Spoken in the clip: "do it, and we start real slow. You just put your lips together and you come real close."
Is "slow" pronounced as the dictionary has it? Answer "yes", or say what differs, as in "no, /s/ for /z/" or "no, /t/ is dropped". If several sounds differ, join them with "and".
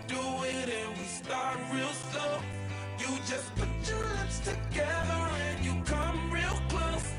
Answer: no, /l/ is dropped